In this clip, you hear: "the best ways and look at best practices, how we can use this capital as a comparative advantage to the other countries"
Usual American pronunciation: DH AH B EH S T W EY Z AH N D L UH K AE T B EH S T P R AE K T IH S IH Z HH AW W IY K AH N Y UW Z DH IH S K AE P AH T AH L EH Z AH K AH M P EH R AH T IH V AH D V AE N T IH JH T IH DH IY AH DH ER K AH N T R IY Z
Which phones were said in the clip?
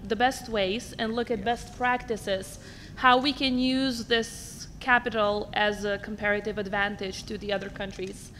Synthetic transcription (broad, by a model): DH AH B EH S T W EY Z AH N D L UH K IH T B EH S T P R AE K T IH S IH Z HH AW W IY K AH N Y UW Z DH IH S K AE P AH T L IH Z AH K AH M P EH R AH T IH V AH D V AE N T IH JH T IH DH IY AH DH ER K AH N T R IY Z